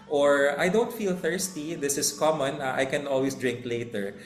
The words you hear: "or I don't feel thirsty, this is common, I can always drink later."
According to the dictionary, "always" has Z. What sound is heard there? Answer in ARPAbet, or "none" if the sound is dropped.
S